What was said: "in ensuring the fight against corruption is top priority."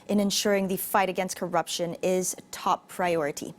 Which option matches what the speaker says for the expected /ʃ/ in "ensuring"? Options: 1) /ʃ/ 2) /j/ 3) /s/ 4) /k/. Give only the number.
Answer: 1